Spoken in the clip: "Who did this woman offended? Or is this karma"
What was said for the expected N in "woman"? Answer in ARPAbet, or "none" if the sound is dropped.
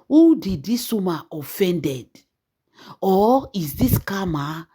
none